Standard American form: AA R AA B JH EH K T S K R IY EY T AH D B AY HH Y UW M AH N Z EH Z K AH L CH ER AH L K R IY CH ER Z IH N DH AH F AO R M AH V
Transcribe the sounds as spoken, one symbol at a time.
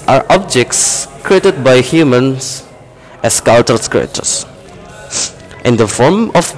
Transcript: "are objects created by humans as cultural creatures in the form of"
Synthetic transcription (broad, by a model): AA R AA B JH EH K T S K R IY EY T AH D B AY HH Y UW M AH N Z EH S K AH L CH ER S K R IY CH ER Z IH N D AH F AO R M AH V